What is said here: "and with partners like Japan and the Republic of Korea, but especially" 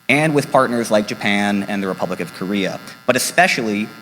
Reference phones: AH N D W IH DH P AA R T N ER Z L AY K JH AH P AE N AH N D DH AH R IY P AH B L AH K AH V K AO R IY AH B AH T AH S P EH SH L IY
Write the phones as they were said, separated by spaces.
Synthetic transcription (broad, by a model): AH N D W IH DH P AA R T N ER Z L AY K JH AH P AE N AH N DH AH R IY P AH B L AH K AH V K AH R IY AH B AH T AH S P EH SH L IY